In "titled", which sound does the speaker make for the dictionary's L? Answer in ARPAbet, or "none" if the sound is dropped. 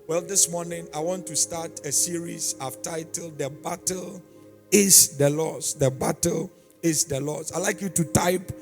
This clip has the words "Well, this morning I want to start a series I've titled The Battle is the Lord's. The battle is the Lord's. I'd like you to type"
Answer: L